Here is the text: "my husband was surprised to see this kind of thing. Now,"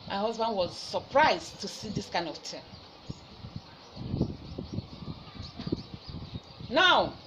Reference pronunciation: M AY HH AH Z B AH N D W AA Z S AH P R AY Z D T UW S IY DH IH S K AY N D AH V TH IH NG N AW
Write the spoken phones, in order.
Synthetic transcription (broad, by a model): M AY HH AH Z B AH N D W AA Z S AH P R AY Z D T UW S IY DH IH S K AY N D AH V T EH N N AW